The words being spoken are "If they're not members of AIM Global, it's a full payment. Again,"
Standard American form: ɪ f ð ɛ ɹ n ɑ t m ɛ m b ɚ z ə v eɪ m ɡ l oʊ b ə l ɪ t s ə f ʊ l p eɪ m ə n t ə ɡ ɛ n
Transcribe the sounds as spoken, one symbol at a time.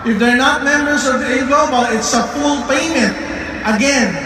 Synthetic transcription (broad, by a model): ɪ f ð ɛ ɹ n ɑ t m ɛ m b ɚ s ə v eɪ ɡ oʊ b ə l ɪ t s ə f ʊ l p eɪ m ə n t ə ɡ ɛ n